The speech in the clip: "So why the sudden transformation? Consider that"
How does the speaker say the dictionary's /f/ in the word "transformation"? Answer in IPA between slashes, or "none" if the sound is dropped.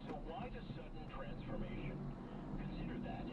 /f/